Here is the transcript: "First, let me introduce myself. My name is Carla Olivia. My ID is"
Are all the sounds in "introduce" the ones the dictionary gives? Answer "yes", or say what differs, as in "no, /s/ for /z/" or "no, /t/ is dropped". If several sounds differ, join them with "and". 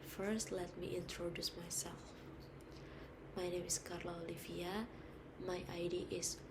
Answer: yes